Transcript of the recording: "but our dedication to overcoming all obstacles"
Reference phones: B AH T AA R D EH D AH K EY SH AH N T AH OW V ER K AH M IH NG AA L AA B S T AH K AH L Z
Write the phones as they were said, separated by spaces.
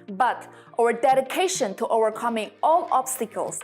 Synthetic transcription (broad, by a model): B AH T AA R D EH D AH K EY SH AH N T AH OW V ER K AH M IH NG AA L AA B S T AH K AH L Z